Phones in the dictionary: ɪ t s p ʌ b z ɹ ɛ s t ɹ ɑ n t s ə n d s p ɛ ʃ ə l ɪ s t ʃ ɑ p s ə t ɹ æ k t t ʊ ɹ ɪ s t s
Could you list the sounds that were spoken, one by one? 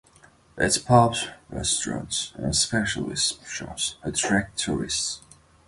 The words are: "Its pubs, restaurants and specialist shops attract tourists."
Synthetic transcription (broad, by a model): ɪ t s p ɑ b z ɹ ɛ s t ɹ ɑ n t s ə n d s p ɛ ʃ ə l ɪ s t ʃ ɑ s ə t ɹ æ k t t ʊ ɹ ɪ s t s